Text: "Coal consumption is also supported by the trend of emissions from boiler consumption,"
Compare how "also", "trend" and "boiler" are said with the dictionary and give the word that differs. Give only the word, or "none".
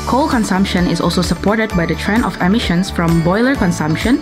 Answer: trend